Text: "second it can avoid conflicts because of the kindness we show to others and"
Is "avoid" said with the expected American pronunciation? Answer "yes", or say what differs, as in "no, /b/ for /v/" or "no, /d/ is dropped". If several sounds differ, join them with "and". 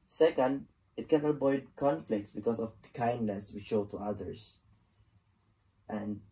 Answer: no, /b/ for /v/